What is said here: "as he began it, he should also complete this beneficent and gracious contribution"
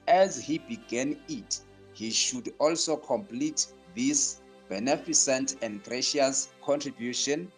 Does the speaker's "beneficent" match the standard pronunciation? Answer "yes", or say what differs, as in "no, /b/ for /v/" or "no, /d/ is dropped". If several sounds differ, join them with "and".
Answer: no, /s/ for /ʃ/